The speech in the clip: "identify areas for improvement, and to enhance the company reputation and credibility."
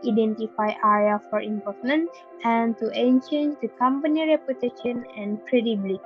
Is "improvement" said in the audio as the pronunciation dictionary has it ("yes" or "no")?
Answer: no